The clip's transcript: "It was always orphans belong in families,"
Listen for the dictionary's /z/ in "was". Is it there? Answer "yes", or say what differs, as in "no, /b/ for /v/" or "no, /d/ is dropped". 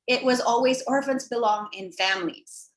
yes